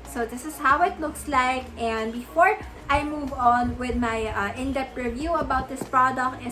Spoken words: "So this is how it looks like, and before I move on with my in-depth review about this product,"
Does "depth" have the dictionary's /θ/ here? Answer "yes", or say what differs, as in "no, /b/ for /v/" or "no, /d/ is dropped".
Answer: no, /t/ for /θ/